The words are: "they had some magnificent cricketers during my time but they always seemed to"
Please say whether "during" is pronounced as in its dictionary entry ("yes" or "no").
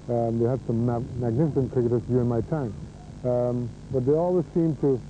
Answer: no